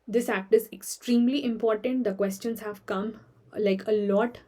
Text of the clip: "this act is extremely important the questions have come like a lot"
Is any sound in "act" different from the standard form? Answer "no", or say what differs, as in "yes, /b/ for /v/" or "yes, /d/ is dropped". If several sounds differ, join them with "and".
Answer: no